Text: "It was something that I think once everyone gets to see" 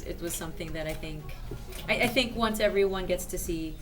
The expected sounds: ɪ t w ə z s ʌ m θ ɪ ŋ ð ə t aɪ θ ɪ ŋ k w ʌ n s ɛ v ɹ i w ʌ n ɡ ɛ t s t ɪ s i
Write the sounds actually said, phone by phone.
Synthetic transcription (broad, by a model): ɪ t w ə z s ʌ m θ ɪ ŋ ð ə t aɪ θ ɪ ŋ k w ʌ n s ɛ v ɹ i w ʌ n ɡ ɛ t s t ɪ s i